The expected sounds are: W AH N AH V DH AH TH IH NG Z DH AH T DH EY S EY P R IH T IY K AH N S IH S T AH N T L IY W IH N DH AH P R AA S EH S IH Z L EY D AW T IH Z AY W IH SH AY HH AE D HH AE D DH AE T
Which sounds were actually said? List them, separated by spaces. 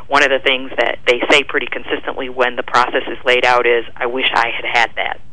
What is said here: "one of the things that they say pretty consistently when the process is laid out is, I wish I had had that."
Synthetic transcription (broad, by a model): W AH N AH V DH AH TH IH NG Z DH AH T DH EY S EY P R IH T IY K AH N S IH S T AH N T L IY W IH N DH AH P R AA S EH S IH Z L EY D AW T IH Z AY W IH SH AY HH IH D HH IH D DH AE T